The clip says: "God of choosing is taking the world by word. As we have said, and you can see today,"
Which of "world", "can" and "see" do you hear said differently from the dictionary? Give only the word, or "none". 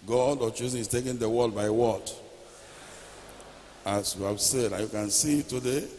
world